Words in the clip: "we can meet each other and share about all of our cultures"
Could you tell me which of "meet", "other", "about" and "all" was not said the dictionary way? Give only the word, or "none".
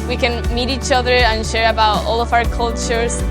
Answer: none